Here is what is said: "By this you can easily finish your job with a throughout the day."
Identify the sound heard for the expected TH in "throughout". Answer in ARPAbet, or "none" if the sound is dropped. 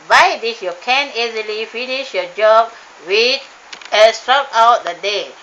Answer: S